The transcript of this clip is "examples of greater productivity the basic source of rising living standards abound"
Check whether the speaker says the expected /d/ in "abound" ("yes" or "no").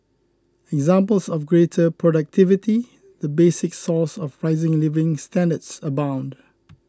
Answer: yes